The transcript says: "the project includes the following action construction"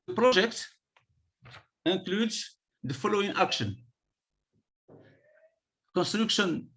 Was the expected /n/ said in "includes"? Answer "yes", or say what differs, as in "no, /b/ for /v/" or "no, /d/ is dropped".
no, /n/ is dropped